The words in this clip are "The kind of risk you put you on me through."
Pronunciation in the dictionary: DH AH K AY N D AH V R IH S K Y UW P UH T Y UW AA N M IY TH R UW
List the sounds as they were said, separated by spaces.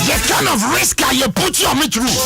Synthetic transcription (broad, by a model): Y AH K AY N AH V R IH S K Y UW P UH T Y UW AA M IY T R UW